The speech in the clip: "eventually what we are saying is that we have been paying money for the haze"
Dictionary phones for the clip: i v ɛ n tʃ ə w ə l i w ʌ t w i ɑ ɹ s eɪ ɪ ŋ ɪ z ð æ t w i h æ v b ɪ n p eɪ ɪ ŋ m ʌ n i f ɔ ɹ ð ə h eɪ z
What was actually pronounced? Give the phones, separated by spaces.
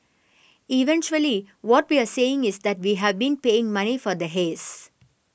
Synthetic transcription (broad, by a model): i v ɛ n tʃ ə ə l i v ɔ t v i ɑ ɹ s eɪ ɪ ŋ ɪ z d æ t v i h æ v b ɪ n p eɪ ɪ ŋ m ʌ n i f ɔ ɹ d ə h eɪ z